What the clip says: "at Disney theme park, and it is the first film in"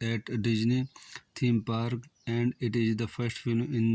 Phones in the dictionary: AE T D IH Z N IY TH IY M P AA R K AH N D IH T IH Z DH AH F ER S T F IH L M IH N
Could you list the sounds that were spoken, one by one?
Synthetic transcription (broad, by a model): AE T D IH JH N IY T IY M P AA R K AH N D IH T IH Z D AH F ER S T F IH L M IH N